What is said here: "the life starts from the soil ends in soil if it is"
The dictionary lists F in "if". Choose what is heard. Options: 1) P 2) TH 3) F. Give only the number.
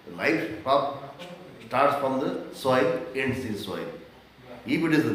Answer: 1